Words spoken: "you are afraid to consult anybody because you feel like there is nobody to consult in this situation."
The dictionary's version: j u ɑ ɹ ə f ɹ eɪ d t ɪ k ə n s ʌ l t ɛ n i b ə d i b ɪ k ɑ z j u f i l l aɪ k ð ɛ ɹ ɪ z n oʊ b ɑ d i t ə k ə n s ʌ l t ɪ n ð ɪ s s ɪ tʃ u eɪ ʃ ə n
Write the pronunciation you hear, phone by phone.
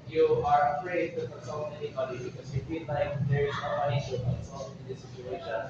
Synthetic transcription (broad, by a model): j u ɑ ɹ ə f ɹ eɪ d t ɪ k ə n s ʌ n ɛ n i b ə d i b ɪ k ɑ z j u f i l l aɪ k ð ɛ ɹ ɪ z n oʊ ɑ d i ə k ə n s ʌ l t ɪ n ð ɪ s s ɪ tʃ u eɪ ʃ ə n